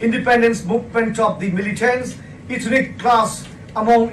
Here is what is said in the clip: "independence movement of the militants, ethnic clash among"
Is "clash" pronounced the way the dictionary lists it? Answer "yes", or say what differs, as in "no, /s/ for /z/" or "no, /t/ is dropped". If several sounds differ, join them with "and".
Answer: no, /s/ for /ʃ/